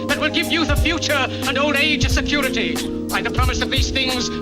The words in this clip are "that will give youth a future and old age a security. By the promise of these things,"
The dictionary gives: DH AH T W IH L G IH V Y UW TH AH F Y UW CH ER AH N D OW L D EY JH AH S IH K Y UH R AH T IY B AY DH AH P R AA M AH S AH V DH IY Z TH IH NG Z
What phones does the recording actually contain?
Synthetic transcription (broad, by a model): DH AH T W IH L G IH V Y UW TH AH F Y UW CH ER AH N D OW L D EY JH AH S IH K Y UH R AH T IY B AY DH AH P R AA M AH S AH V DH IY Z TH IH NG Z